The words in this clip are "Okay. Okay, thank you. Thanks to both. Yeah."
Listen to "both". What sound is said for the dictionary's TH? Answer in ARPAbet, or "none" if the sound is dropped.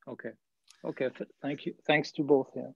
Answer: TH